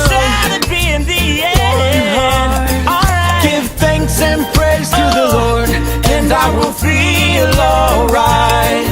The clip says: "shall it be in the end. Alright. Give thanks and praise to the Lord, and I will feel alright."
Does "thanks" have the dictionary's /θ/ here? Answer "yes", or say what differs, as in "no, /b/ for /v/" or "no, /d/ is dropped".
yes